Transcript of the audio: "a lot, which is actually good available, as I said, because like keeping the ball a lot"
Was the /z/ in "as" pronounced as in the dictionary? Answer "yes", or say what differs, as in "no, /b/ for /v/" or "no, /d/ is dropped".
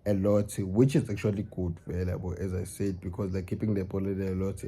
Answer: yes